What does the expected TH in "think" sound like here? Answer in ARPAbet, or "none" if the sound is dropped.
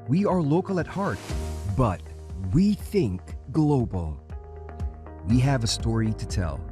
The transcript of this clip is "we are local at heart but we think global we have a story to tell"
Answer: TH